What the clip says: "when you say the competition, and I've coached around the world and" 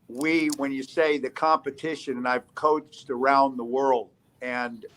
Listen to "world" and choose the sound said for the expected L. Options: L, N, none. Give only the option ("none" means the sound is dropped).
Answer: L